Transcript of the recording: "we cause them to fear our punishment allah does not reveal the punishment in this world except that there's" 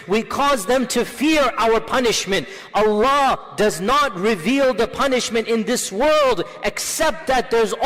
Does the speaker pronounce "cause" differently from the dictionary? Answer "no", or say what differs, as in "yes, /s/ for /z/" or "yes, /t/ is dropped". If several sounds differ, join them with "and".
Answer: no